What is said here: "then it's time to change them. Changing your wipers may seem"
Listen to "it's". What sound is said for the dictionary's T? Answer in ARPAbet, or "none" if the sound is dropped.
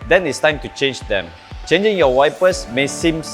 T